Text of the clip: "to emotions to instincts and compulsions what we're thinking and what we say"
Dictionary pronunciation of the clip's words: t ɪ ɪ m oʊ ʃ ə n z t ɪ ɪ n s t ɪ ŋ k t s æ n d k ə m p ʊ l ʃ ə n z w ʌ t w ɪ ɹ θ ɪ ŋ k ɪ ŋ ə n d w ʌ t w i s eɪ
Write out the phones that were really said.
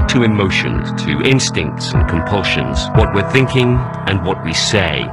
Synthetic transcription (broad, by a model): t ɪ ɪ m oʊ ʃ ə n t ɪ ɪ n s t ɪ ŋ k t s n k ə m p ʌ l ʃ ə n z w ʌ t w ɪ ɹ θ ɪ ŋ k ɪ ŋ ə n w ʌ t w i s eɪ